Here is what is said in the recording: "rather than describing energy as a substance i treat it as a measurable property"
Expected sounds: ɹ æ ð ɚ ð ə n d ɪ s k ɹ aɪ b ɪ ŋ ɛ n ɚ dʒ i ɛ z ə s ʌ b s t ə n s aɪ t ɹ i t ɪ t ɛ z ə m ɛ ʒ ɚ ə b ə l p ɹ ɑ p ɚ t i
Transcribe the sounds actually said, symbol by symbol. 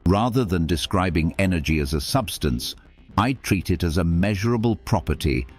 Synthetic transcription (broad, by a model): ɹ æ ð ɚ ð ə n d ɪ s k ɹ aɪ b ɪ ŋ ɛ n ɚ dʒ i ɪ z ə s ʌ b s t ə n s aɪ t ɹ i t ɪ t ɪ z ə m ɛ ʒ ɚ ə b ə l p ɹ ɑ p ɚ t i